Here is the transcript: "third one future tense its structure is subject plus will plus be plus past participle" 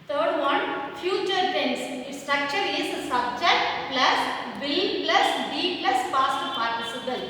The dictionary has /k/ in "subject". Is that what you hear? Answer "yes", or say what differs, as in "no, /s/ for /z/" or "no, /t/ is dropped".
no, /k/ is dropped